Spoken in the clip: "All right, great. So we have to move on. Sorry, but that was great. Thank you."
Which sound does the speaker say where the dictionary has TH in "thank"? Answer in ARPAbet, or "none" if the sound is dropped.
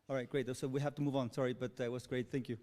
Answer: TH